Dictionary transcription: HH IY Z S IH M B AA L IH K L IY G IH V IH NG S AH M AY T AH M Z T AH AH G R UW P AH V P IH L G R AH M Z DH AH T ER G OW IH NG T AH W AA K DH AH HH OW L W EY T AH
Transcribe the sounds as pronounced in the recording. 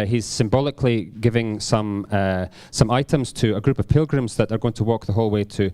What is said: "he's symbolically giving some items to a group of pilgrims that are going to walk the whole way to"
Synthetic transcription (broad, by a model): HH IY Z S IH M B AA L IH K L IY G IH V IH NG S AH M AY T AH M Z T AH AH G R UW P AH V P IH L G R AH M Z DH AH T ER G OW IH NG T AH W AA K DH AH HH OW L W EY T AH